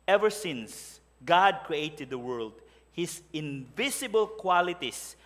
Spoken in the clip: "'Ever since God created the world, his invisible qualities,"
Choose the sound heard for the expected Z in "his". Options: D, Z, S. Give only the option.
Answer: S